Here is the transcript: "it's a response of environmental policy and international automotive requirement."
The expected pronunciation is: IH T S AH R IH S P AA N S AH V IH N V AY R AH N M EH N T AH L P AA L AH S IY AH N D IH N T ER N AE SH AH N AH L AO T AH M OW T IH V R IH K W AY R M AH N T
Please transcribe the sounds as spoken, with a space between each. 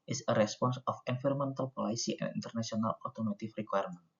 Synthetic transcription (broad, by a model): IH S AH R IH S P AA N S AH F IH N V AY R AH M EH N T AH L P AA L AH S IY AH N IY N T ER N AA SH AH N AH L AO T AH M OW T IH F R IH K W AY R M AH N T